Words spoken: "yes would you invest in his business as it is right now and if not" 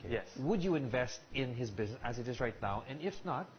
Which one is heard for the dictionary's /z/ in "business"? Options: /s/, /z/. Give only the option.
/z/